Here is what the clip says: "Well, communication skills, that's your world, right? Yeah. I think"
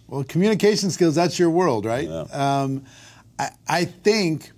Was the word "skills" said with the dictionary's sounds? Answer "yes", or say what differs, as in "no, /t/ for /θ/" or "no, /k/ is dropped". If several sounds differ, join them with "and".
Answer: yes